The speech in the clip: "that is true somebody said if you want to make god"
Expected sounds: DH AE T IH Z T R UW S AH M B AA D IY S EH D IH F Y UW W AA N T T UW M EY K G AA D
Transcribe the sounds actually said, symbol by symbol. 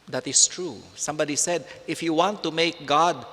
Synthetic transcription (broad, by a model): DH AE T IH S T R UW S AH M B AA D IY S EH D IH F Y UW W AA N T T UW M EY K G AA D